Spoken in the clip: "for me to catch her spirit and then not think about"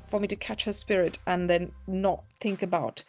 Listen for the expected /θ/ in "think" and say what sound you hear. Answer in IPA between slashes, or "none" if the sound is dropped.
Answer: /θ/